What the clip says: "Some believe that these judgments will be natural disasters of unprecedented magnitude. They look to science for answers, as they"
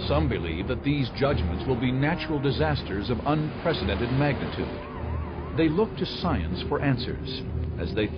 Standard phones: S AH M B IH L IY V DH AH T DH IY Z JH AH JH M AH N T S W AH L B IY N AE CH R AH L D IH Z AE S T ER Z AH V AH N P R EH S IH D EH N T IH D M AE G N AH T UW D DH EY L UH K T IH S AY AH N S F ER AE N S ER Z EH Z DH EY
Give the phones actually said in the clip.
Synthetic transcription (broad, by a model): S AH M B IH L IY V DH AH T DH IY Z JH AH JH M AH N T S W AH L B IY N AE CH R L D IH Z AE S T ER Z AH V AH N P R EH S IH D EH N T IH D M AE G N AH T UW D DH EY L UH K T IH S AY AH N S F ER AE N S ER Z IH Z DH EY